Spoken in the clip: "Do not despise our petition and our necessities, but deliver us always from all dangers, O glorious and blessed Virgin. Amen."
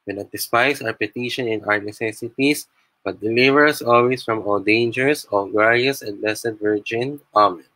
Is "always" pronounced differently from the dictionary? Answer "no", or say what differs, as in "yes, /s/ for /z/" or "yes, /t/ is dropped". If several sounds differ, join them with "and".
yes, /s/ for /z/